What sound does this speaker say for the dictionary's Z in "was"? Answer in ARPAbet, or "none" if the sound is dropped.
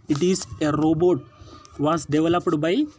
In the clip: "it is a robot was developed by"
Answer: S